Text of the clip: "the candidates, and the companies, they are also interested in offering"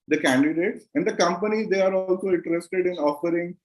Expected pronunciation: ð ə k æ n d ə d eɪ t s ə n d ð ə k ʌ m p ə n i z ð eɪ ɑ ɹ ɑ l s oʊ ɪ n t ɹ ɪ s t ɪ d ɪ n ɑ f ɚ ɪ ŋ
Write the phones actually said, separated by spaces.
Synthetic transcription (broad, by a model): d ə k æ n d ə d eɪ t s ə n d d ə k ʌ m p ə n i z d eɪ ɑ ɹ ɑ l s oʊ ɪ n t ɹ ɪ s t ɪ d ɪ n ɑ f ɚ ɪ ŋ